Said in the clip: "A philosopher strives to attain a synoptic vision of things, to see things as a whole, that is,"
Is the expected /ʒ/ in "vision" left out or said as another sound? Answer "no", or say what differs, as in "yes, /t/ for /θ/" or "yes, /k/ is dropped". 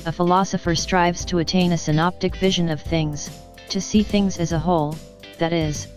no